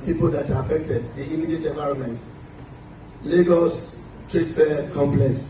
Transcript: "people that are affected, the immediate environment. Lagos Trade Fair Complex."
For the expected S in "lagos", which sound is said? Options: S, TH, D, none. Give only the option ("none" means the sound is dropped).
S